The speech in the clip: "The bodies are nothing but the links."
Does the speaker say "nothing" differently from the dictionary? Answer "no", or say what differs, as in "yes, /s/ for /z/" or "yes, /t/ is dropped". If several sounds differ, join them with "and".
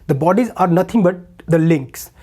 yes, /t/ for /θ/